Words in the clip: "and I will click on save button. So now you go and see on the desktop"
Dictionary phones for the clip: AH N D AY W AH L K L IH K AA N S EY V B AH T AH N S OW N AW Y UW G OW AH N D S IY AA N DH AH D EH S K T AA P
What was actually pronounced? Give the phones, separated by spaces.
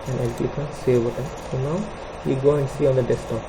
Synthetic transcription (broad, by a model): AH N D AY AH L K IY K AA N S EY V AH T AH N S OW N AW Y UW G OW AH N D S IY AA N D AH D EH S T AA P